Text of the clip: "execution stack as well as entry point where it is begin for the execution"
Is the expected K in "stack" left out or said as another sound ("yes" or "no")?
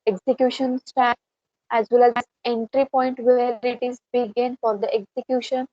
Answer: yes